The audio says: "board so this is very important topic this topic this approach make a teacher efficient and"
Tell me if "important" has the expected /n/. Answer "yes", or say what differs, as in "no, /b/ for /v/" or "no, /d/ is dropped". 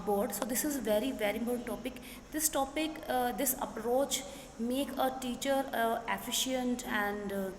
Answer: no, /n/ is dropped